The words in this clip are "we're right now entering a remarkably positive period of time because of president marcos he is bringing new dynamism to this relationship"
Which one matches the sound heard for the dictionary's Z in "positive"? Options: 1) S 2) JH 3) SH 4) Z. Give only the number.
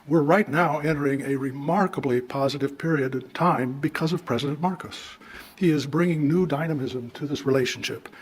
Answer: 4